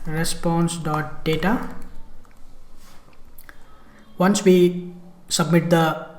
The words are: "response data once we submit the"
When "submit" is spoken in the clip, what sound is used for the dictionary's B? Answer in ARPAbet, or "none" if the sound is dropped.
B